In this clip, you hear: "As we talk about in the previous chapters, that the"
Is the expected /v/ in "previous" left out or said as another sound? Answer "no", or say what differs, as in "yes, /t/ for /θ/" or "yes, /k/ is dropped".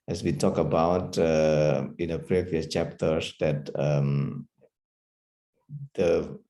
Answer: no